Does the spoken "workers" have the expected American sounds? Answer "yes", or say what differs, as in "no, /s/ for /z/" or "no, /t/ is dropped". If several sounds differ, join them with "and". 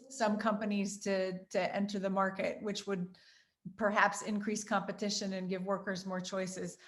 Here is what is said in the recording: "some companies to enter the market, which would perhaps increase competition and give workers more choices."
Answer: yes